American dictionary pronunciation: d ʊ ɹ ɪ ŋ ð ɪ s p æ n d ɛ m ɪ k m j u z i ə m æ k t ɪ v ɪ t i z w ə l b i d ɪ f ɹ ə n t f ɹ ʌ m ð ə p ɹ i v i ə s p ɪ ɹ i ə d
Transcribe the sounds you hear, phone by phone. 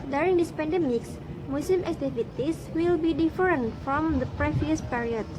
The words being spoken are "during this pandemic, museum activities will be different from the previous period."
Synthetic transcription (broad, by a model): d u ɹ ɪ ŋ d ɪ s p æ n d ɛ m ɪ k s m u s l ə m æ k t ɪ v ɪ t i s w ə l b i d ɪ f ɹ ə n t f ɹ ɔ m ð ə p ɹ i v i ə s p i ɹ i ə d